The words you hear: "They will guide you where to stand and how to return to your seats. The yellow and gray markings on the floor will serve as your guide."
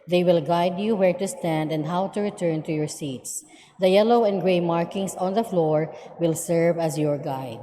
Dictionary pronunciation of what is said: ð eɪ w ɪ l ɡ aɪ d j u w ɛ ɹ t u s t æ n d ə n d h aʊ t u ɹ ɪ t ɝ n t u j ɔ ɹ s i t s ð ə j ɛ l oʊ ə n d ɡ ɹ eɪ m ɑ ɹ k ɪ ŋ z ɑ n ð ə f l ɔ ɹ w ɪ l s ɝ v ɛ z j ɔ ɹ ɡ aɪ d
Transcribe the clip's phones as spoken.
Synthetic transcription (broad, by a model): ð eɪ w ɪ l ɡ aɪ d j u w ɛ ɹ t u s t æ n d ə n d h aʊ t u ɹ ɪ t ɝ n t u j ɔ ɹ s i t s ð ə j ɛ l oʊ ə n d ɡ ɹ eɪ m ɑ ɹ k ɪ ŋ s ɑ n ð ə f l ɔ ɹ w ɪ l s ɝ v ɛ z j ɔ ɹ ɡ aɪ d